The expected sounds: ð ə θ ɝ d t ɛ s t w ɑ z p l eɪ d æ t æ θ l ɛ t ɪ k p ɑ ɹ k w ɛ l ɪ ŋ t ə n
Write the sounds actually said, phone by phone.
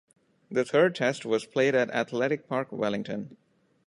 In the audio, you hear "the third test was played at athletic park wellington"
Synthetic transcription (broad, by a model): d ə t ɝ d t ɛ s t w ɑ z p l eɪ d æ t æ t l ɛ t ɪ k p ɑ ɹ k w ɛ l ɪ ŋ t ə n